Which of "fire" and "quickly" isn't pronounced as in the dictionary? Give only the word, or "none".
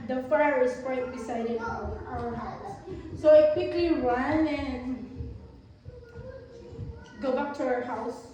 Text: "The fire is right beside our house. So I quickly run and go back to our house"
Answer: none